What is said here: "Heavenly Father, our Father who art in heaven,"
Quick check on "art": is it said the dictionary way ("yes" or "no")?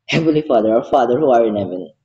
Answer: no